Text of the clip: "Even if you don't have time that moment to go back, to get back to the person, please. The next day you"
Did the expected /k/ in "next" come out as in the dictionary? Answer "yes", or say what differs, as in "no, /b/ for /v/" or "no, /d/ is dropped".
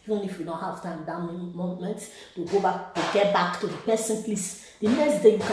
no, /k/ is dropped